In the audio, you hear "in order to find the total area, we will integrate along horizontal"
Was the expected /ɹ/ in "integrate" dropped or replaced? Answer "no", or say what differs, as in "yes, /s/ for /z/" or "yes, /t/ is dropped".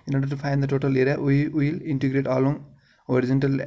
no